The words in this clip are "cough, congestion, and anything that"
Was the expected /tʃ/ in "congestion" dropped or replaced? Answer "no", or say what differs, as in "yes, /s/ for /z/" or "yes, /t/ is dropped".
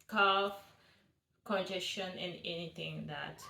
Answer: yes, /ʃ/ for /tʃ/